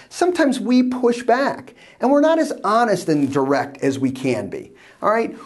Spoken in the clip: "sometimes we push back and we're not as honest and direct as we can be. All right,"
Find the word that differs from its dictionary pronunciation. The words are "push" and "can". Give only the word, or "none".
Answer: none